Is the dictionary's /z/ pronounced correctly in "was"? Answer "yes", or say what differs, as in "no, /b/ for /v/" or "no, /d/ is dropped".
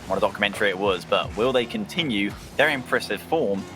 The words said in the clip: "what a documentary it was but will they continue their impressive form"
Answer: yes